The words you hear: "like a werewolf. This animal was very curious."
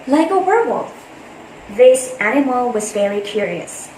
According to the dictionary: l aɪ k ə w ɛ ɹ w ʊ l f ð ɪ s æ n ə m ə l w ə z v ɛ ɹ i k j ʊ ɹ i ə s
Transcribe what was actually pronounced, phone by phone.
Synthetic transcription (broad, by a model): l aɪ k ə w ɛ ɹ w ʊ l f ð ɪ s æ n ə m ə l w ə z f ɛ l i k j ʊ ɹ i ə s